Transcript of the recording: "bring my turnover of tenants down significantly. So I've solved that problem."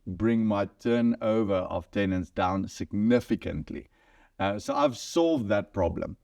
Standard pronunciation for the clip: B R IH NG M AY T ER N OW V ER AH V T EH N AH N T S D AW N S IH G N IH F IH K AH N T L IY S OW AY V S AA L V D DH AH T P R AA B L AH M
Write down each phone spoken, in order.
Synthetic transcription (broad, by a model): B R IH NG M AY T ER N OW V ER AH V T EH N AH N T S D AW N S IH G N IH F IH K AH N T L IY S OW AY V S AA L V D DH AH T P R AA B L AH M